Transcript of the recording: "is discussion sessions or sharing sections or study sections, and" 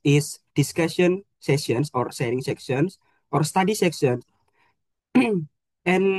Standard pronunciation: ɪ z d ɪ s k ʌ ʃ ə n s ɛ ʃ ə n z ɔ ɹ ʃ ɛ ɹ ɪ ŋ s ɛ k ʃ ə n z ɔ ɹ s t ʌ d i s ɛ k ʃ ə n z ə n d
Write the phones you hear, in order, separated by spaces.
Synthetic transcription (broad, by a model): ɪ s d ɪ s k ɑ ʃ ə n s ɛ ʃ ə n s ɔ ɹ s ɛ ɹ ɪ ŋ s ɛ k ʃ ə n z ɔ ɹ s t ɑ d i s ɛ k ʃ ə n s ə n